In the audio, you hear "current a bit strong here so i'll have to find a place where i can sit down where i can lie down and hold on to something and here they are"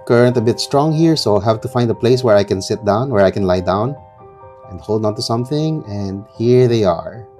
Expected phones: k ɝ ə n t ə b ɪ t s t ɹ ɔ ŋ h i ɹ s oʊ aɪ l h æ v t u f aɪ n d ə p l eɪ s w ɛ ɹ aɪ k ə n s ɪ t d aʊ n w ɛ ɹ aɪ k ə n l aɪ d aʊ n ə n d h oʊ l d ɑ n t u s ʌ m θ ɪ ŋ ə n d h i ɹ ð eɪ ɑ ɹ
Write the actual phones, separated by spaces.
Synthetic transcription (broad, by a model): k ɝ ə n t ə b ɪ t s t ɹ ɔ ŋ h i ɹ s oʊ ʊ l h æ v t u f aɪ n d ə p l eɪ s w ɛ ɹ aɪ k ə n s ɪ t d aʊ n w ɛ ɹ aɪ k ə n l aɪ d aʊ n ə n d h oʊ l d ɑ n t u s ʌ m θ ɪ ŋ ə n d h i ɹ ð eɪ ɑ ɹ